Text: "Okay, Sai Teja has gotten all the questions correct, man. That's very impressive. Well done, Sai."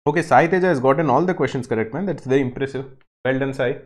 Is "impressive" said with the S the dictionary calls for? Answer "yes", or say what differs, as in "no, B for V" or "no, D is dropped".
yes